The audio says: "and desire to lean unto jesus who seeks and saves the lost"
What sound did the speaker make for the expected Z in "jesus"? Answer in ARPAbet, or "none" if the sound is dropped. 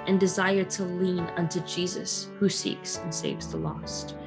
Z